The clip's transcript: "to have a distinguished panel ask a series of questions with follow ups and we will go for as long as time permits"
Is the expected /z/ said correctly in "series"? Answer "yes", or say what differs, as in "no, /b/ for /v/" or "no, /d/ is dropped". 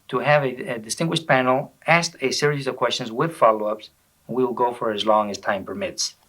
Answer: yes